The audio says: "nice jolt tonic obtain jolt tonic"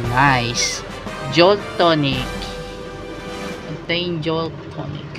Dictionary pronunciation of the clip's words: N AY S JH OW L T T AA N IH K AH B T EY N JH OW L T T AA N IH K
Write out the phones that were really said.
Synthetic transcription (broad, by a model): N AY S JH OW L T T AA N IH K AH T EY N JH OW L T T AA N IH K